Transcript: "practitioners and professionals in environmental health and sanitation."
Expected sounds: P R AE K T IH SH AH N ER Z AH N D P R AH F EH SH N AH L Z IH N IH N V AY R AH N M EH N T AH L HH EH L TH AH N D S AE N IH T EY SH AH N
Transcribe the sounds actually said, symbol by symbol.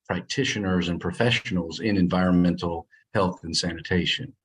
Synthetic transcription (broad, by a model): P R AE K T IH SH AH N ER Z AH N P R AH F EH SH N L Z IH N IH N V AY R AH N M EH N T L HH EH L TH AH N S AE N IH T EY SH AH N